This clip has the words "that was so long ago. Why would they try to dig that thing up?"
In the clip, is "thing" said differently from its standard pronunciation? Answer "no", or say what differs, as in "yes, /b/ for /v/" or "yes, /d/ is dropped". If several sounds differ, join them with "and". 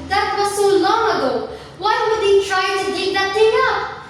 yes, /t/ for /θ/